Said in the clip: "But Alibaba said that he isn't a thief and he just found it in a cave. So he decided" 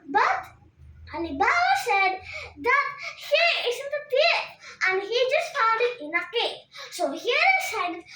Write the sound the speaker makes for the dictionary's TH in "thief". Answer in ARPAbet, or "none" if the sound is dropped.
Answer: T